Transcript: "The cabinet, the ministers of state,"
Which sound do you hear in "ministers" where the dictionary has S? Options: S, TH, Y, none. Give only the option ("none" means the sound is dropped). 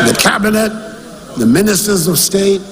S